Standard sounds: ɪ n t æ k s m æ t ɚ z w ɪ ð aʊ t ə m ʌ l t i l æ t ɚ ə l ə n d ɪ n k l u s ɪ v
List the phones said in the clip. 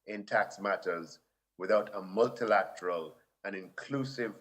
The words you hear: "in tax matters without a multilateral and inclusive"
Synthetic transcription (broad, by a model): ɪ n t æ k s m æ t ɚ z w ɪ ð aʊ t ə m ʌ l t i l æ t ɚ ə l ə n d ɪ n k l u s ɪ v